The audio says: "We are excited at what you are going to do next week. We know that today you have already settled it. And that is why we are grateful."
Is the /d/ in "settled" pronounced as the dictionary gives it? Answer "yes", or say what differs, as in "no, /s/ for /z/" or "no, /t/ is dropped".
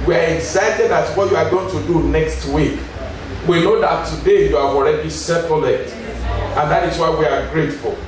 no, /d/ is dropped